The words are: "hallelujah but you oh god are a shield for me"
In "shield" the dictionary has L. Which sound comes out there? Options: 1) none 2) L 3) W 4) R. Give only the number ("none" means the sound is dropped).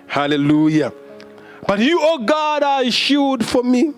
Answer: 1